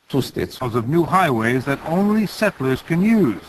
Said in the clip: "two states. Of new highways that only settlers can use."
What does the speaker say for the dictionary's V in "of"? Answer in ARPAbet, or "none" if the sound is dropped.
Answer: V